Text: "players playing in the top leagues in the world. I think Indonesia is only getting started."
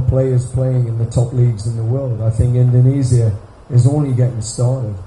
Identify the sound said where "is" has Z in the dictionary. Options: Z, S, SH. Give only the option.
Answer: Z